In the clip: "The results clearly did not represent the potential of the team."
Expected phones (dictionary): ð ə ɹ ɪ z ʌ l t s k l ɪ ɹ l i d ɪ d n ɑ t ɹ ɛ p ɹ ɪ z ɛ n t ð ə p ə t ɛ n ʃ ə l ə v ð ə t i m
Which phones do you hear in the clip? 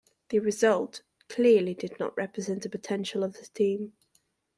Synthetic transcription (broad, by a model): ð ə ɹ ɪ z ʌ l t k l ɪ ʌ l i d ɪ d n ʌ t ɹ ɛ p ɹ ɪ z ɛ n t ð ə p ə t ɛ n ʃ ə l ə v ð ə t i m